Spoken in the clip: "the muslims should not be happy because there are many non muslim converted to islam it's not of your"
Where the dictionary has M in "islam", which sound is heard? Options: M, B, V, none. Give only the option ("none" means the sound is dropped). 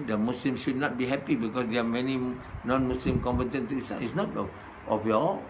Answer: none